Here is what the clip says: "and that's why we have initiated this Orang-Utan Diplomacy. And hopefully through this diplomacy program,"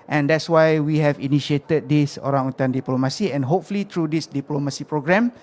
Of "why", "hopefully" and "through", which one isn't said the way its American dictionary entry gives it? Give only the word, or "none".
through